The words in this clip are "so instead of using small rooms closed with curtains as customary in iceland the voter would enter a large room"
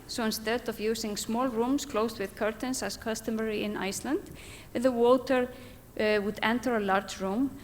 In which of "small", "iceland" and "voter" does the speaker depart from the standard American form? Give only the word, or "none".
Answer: voter